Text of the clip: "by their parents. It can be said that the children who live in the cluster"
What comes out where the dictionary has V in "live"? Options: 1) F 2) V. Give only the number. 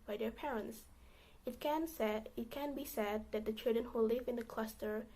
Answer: 2